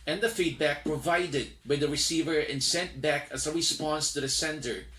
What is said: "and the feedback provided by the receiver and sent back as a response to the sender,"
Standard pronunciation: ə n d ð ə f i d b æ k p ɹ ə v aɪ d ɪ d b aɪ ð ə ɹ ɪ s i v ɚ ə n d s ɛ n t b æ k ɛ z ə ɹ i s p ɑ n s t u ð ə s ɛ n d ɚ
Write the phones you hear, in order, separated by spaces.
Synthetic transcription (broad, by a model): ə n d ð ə f i d b æ k p ɹ ə v aɪ d ɪ d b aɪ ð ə ɹ ɪ s i v ɚ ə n s ɛ n t b æ k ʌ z ə w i s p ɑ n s t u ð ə s ɛ n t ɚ